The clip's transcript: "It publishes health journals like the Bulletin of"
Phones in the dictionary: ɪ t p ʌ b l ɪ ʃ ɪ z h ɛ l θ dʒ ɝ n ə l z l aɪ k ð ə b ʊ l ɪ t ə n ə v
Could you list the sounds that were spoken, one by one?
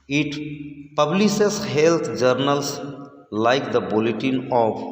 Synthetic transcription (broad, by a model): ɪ t p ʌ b l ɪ s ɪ s h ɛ l t dʒ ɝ n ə l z l aɪ k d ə b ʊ l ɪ t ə n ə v